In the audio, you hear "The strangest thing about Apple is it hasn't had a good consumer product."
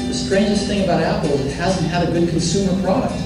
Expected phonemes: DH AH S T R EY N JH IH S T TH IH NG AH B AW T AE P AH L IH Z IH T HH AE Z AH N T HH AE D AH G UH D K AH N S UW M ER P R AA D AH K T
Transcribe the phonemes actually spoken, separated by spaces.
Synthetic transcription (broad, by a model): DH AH S T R EY N JH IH S TH IH NG AH B AW T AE P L IH Z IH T HH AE Z N T HH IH D AH G UH D K N S UW M ER P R AA D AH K T